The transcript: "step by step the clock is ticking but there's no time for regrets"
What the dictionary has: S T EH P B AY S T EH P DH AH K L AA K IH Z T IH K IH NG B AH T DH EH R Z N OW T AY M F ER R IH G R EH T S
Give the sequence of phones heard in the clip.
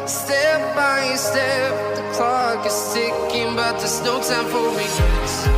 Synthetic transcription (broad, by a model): S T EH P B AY S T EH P DH AH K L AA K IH S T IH K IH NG B AH T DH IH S N OW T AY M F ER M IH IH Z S